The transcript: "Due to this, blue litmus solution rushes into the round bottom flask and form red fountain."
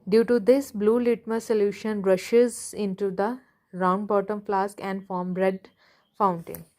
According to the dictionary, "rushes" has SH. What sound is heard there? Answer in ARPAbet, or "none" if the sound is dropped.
SH